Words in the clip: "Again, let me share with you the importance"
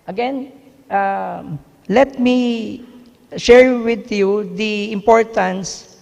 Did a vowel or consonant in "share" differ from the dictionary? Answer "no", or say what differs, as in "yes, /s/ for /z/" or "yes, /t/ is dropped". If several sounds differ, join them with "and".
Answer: no